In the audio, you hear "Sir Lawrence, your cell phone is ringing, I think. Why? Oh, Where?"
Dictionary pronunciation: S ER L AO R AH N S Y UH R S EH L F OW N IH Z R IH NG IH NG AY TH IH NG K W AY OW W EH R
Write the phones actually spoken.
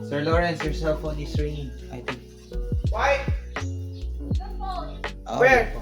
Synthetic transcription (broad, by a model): S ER L AO R AH N S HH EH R S EH L F OW N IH S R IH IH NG AY T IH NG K W AY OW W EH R